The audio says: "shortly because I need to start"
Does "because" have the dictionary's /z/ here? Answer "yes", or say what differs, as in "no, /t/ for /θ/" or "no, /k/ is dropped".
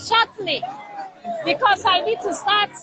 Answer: no, /s/ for /z/